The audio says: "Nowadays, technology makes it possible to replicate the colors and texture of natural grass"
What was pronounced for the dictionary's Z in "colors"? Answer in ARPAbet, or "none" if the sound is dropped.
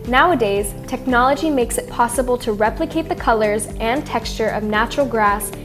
Z